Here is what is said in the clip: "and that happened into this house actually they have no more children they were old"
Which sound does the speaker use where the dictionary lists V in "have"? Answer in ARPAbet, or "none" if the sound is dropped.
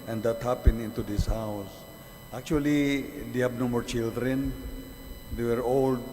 B